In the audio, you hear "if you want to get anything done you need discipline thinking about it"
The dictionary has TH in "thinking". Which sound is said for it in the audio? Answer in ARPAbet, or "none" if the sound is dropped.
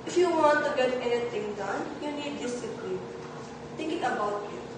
T